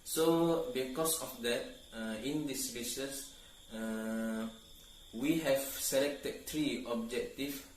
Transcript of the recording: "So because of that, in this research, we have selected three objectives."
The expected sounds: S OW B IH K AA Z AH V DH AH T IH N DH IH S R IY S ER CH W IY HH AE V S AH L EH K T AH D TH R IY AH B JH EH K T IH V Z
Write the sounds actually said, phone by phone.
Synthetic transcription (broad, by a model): S OW B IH K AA S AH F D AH T IH N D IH S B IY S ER S W IY HH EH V S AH L EH K T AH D T R IY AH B JH EH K T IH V